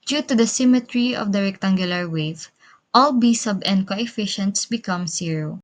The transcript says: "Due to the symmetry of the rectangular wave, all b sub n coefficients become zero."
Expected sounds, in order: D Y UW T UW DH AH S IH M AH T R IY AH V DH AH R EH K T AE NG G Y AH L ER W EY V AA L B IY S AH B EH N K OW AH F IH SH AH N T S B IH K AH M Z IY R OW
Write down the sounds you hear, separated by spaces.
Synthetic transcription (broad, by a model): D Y UW T UW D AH S IH M AH T R IY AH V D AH R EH K T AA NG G Y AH L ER W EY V AA L B IY S AH B EH N K OW AH F IH SH AH N T S B IH K AH M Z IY R OW